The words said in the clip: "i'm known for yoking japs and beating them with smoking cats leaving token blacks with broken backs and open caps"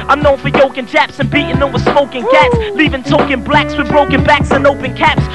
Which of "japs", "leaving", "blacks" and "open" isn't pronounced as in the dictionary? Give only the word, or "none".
none